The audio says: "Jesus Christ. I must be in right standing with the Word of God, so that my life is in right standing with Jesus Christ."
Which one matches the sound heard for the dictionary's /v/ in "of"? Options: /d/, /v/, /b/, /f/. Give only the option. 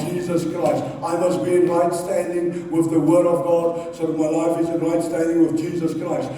/v/